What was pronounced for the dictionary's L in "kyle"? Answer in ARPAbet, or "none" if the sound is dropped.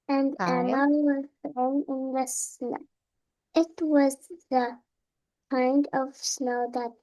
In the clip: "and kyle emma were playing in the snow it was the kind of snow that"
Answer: N